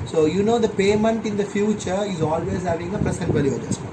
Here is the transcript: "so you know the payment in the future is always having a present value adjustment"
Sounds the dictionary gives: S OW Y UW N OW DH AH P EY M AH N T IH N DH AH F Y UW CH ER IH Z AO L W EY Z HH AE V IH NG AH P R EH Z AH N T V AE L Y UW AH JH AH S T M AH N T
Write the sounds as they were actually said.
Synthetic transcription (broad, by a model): S OW Y UW N OW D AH P EY M AH N T IH N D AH F Y UW CH ER IH Z AO L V EY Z HH AE V IH NG AH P R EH S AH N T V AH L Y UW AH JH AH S